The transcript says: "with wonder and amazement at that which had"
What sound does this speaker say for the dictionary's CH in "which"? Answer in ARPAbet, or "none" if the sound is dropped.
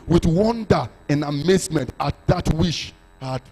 SH